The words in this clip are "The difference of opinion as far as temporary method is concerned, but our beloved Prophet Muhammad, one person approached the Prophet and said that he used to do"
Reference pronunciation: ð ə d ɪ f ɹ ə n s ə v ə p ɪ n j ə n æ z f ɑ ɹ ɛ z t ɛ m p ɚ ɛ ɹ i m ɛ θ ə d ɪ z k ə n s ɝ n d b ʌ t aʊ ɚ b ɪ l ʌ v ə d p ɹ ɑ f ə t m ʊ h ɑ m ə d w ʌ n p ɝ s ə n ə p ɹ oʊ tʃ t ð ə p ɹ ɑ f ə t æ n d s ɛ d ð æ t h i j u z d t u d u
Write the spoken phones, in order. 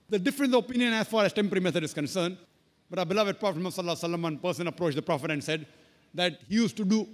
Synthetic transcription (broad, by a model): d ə d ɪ f ɹ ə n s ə p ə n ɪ j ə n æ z f ɑ ɹ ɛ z t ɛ m p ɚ ɹ i m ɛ t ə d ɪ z k ə n s ɝ n d b ʌ t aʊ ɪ b ɪ l ʌ v ə d p ɹ ɑ f ə t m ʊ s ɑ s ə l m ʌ n p ɝ s ə n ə p ɹ oʊ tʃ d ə p ɹ ɑ f ə t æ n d s ɛ d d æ t h i j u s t t u d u